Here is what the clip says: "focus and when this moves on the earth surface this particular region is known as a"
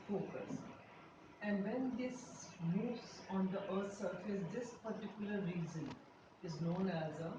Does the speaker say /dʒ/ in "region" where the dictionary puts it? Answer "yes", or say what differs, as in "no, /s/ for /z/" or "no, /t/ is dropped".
no, /z/ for /dʒ/